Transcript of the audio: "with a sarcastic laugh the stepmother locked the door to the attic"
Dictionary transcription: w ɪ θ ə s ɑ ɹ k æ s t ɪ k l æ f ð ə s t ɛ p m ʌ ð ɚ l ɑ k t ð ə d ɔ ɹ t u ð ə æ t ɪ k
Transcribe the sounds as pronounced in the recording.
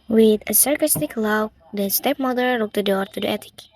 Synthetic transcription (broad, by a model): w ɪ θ ə s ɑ ɹ k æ s t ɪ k l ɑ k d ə s t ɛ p m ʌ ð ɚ n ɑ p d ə d ɔ ɹ t u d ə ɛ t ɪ k